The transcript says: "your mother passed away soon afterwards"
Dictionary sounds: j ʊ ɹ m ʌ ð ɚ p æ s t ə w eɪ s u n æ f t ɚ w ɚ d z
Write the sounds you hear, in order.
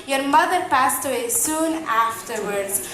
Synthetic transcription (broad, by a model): j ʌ ɹ m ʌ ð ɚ p æ s t ə w eɪ s u n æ f t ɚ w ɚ d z